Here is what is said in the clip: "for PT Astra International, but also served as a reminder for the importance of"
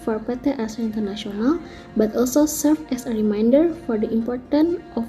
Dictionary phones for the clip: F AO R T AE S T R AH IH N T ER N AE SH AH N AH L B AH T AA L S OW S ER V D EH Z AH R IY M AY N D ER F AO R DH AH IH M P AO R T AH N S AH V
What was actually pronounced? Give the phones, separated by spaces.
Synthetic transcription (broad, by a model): F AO R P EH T T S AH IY N T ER N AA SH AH N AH L B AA T AA L S OW S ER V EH S AH R IY M AY N D ER F AO R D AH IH M P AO R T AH N AH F